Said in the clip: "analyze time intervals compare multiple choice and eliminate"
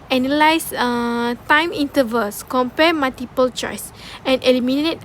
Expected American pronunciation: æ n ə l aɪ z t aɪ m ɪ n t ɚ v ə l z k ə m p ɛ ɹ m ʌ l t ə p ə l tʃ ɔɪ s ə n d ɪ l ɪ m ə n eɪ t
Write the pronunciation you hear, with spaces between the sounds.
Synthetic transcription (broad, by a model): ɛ n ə l aɪ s t aɪ m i n t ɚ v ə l s k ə m p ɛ m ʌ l t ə p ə l tʃ ɔɪ s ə n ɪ l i m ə n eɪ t